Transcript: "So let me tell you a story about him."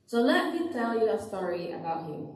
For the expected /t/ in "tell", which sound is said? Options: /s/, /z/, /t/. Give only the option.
/t/